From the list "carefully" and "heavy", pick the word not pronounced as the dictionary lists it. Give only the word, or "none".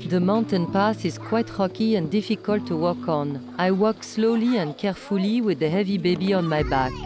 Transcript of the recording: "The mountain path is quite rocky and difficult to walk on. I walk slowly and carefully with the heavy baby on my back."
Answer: none